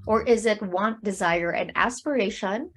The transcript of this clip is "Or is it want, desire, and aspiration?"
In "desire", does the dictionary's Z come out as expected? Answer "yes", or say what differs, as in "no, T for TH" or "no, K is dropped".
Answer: yes